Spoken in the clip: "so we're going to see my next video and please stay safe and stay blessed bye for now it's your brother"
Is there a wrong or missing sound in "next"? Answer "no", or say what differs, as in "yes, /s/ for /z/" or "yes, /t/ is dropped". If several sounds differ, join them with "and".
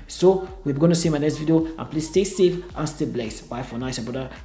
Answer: yes, /k/ is dropped